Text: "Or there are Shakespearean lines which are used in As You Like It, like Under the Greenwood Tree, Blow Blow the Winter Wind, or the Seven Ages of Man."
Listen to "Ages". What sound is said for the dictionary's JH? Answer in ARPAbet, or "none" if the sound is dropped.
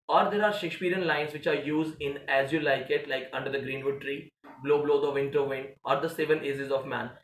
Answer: Z